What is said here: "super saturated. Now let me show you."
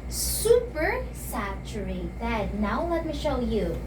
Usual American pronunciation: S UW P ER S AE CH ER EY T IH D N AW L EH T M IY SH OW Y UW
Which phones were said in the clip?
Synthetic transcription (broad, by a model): S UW P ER S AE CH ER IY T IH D N AW L EH T M IY SH OW Y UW